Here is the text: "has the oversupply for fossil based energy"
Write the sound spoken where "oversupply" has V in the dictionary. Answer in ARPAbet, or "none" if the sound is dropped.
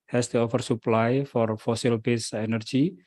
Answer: F